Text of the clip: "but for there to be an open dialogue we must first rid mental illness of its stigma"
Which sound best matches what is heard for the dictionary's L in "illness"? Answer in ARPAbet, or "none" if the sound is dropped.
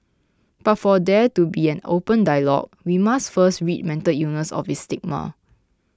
none